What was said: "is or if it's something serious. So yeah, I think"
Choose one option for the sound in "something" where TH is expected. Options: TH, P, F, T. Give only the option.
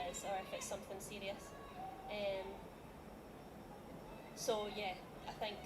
TH